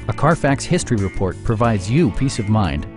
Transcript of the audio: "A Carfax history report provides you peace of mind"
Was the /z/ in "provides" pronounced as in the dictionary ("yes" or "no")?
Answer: yes